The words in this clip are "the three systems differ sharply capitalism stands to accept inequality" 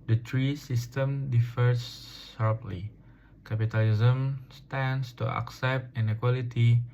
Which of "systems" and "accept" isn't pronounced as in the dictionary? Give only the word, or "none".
systems